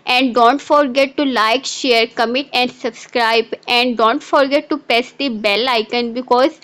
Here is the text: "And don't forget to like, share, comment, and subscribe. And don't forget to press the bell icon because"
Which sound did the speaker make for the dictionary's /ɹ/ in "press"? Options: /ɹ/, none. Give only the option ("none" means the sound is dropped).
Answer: none